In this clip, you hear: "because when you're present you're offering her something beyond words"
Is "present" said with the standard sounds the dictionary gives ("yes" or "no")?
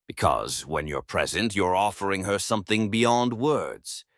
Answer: yes